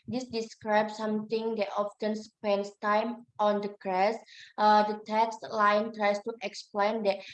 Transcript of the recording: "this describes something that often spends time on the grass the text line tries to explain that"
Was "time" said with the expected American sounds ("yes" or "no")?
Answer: yes